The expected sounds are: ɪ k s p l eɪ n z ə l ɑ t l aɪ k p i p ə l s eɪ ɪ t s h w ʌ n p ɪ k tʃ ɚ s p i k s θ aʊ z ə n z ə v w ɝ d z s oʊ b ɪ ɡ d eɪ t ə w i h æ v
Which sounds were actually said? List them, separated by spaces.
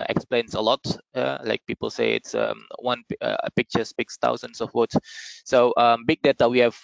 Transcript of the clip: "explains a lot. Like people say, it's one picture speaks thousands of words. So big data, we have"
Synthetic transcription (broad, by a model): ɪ k s p l eɪ n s ə l ɑ t l aɪ k p i p ə l s eɪ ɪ t s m w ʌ n p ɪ k tʃ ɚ s p i k s t aʊ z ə n s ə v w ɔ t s oʊ b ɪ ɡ d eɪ t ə w i h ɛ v